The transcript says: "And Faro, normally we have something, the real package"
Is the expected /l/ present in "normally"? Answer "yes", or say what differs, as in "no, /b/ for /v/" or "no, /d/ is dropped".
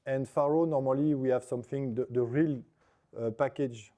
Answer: yes